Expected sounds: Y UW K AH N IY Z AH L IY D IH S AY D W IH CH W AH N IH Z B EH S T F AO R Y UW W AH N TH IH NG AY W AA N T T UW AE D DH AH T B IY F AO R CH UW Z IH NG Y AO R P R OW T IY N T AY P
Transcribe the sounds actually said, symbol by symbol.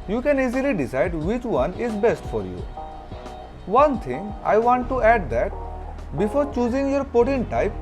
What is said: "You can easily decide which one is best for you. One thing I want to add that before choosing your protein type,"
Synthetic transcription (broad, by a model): Y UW K AH N IY Z AH L IY D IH S AY D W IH CH W AH N IH Z B EH S T F AO R Y UW W AH N T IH NG AY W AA N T T UW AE D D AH T B IY F AO R CH UW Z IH NG Y AO R P OW T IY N T AY P